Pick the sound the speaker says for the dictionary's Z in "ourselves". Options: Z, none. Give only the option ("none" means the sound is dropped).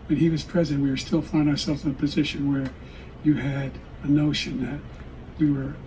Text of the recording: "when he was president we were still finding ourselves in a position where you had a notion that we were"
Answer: Z